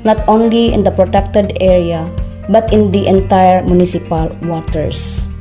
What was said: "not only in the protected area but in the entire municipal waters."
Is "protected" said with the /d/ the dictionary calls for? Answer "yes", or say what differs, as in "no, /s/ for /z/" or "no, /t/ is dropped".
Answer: yes